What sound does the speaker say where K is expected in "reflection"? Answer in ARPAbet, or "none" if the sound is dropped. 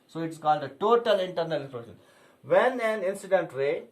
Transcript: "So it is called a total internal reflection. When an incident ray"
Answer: none